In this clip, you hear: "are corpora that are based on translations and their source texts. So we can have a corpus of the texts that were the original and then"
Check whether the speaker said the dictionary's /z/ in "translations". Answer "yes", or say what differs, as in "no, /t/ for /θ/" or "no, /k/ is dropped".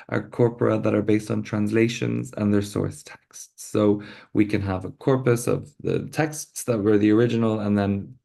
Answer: yes